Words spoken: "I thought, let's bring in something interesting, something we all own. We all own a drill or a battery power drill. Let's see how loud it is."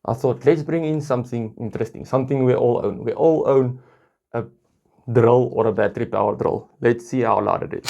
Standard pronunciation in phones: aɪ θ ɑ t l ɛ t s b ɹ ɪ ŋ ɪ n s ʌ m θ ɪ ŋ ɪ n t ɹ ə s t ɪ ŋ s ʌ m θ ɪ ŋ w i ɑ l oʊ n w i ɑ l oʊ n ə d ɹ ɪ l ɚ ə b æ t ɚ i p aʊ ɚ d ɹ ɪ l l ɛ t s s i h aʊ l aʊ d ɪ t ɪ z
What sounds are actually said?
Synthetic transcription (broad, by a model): aɪ θ ɑ t l ɛ t s b ɹ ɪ ŋ ɪ n s ʌ m θ ɪ ŋ ɪ n t ɹ ə s t ɪ ŋ s ʌ m θ ɪ ŋ w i ɑ l oʊ n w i ɑ l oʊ n ə d ɹ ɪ l ɚ ə b æ t ɚ i p aʊ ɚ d ɹ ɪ l l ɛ t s s i h aʊ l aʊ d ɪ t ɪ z